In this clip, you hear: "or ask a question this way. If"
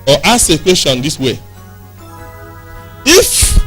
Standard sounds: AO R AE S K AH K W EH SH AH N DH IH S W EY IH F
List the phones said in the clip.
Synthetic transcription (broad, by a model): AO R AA S AH K W EH SH AH N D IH S W EY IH F